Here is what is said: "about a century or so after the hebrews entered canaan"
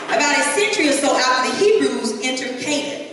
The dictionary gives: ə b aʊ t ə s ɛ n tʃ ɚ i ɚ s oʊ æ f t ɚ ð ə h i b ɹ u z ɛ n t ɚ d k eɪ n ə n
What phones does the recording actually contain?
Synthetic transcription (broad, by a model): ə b aʊ t ə s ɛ n tʃ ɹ i ɚ s oʊ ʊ t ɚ ð ə h i b ɹ u z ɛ n t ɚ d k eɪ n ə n